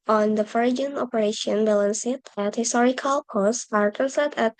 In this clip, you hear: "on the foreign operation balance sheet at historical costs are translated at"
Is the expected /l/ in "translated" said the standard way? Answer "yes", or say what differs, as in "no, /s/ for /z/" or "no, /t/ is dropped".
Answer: no, /l/ is dropped